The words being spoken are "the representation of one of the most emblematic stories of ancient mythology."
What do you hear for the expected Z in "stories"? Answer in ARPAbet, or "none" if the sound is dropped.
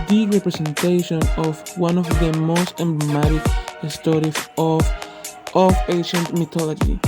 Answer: S